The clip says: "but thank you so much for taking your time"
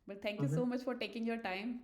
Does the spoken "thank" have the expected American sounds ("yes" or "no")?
no